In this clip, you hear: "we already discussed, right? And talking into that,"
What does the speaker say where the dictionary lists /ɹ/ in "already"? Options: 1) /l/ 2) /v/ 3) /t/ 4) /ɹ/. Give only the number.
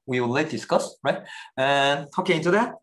1